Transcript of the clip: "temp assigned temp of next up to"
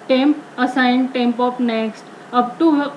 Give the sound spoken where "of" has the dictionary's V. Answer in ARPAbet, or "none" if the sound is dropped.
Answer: P